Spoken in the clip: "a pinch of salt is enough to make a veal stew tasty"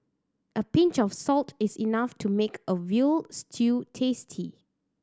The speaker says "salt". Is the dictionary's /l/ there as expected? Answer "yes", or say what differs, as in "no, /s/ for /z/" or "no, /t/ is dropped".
yes